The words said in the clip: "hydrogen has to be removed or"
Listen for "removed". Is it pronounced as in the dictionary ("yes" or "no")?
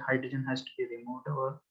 no